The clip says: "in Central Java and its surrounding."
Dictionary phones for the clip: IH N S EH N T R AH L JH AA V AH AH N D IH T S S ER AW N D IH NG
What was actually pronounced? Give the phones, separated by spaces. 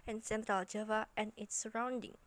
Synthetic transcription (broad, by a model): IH N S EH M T AH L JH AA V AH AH N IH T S S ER AW N D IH NG